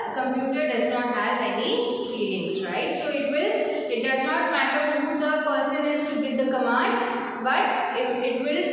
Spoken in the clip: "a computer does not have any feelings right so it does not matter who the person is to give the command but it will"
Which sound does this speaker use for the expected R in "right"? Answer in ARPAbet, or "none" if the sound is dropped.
R